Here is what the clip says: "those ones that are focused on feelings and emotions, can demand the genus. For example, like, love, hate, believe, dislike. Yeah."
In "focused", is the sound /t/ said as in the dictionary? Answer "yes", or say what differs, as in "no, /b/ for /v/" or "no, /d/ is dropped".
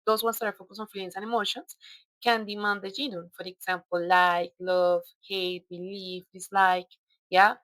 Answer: no, /t/ is dropped